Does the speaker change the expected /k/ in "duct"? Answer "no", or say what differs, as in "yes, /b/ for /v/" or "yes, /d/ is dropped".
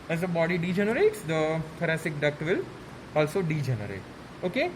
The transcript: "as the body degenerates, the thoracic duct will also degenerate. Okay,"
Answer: no